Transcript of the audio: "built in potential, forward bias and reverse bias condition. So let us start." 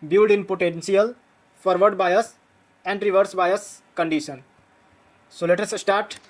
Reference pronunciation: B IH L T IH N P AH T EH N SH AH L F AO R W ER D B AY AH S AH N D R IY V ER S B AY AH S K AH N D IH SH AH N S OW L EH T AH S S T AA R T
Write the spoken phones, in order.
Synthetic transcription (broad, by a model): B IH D IH N P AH T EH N S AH L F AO R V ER D B AY AH S AH N D R IY V ER S B AY AH S K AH N D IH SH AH N S OW L EH T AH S S T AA R T